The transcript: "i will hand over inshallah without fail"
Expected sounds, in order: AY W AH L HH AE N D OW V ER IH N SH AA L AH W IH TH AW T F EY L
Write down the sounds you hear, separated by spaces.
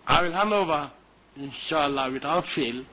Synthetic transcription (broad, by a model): AY W AH L HH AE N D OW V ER IH N SH AA L AH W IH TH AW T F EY L